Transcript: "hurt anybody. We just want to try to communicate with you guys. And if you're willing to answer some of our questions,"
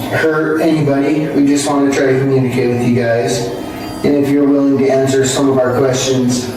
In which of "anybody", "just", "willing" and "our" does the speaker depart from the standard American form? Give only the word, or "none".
none